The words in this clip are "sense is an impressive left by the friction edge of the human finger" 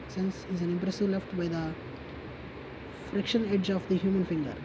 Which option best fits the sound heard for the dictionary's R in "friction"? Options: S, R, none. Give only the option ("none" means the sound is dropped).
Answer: R